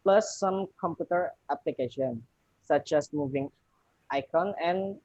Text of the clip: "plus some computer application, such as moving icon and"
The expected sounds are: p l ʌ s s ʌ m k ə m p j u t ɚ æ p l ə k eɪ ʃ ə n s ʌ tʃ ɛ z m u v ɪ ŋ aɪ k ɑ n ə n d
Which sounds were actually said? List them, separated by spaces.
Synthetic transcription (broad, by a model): p l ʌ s s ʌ m k ə m p j u t ɚ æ p l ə k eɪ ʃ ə n s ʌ tʃ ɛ s m u v ɪ ŋ aɪ k ɑ n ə n